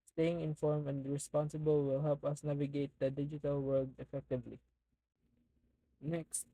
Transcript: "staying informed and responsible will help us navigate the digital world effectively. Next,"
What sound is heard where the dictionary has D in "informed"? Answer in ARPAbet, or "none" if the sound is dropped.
none